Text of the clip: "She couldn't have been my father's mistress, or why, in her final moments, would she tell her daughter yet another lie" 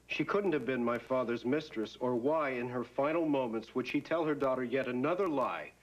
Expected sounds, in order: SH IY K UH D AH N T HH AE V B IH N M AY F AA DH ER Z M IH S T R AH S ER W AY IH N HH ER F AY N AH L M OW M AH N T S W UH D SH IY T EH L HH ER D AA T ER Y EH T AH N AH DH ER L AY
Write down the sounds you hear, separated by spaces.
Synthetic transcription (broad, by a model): SH IY K UH D N T HH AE V B IH N M AY F AA DH ER Z M IH S T R AH S ER W AY IH N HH ER F AY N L M OW M AH N T S W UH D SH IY T EH L HH ER D AA T ER Y EH T AH N AH DH ER L AY